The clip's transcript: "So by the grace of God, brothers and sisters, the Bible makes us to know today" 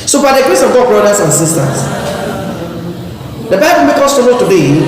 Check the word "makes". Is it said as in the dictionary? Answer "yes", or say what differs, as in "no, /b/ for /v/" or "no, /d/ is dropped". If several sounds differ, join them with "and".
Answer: no, /s/ is dropped